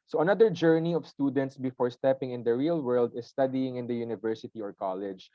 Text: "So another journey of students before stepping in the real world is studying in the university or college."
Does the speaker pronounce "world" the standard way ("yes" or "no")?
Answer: yes